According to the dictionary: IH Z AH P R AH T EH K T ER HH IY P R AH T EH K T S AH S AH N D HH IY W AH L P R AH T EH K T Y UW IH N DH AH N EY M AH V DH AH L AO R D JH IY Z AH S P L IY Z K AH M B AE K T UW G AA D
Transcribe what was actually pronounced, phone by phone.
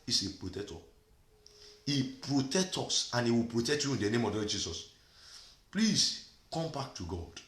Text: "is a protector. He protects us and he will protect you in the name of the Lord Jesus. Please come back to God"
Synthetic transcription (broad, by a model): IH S AH P R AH T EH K T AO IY P R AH T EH K T AO S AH N IY W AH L P R AH T EH K T Y UW IH N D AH N EY M AH V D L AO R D JH IY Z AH S P L IY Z K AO M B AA K T UW G AA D